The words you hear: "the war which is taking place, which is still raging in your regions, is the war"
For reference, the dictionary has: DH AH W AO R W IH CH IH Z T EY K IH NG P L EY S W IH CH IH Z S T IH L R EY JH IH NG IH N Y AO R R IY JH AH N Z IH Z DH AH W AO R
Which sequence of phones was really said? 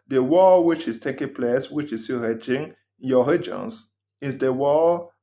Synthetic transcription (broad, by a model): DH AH W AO W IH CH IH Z T EY K IH NG P L EY S W IH CH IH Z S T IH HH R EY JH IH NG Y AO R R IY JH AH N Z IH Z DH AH W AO